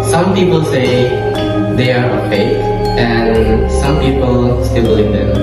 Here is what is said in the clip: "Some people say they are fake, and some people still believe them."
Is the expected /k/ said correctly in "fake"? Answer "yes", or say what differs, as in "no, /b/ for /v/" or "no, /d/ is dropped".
no, /k/ is dropped